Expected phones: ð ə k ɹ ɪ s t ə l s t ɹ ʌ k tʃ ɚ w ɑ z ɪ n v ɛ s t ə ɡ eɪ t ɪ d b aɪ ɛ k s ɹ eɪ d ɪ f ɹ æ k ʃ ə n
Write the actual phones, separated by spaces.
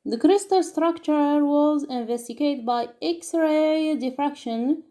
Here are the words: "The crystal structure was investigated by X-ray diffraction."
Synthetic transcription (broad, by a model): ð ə k ɹ ɪ s t ə l s t ɹ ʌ k tʃ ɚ w ɑ z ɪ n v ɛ s t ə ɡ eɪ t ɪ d b aɪ ɛ k s ɹ eɪ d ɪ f ɹ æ k ʃ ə n